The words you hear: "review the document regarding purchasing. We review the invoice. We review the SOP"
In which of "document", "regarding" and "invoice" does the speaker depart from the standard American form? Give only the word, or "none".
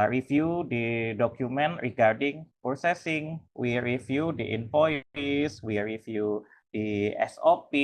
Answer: invoice